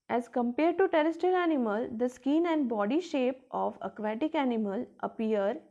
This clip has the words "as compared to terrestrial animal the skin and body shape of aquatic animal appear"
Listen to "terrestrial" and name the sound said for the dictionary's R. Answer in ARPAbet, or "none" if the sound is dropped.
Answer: none